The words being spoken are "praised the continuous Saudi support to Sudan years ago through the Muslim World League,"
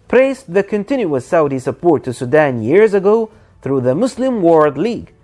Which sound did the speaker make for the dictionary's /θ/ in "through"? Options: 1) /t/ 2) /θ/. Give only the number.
2